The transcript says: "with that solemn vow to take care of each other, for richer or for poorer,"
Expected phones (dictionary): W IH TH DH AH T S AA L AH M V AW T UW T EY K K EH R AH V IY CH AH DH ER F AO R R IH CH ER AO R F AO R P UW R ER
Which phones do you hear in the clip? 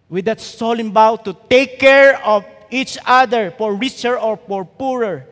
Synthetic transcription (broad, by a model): W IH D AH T S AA L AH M B AW T UW T EY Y K EH R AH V IY CH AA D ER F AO R R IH CH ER AO R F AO R P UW R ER